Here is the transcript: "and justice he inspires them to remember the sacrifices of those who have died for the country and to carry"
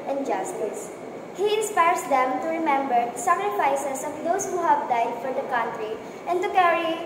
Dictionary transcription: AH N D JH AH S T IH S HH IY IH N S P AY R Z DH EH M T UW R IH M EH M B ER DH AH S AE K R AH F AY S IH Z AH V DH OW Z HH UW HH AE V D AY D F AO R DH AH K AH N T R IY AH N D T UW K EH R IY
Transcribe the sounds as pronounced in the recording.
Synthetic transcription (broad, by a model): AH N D JH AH S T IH S HH IY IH N S P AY R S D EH M T UW R IH M EH M B ER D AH S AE K R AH F AY S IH S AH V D OW S HH UW HH AE V D AY D F AO R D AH K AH N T R IY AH N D T UW K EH R IY